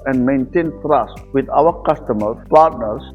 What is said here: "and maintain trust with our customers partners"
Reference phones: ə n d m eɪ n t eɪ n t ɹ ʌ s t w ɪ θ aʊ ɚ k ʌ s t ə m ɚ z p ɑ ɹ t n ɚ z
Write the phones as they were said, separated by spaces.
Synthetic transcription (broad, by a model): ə n d m eɪ n t eɪ n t ɹ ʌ s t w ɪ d aʊ ɚ k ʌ s t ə m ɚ p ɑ ɹ t n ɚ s